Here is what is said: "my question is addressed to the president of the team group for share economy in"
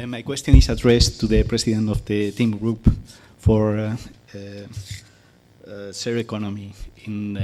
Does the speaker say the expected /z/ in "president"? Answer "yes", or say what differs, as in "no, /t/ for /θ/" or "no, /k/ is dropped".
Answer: no, /s/ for /z/